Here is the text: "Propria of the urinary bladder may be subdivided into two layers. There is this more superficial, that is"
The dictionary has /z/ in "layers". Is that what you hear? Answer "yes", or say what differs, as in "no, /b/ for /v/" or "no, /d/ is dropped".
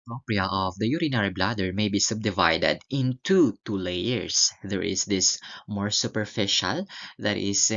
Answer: no, /s/ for /z/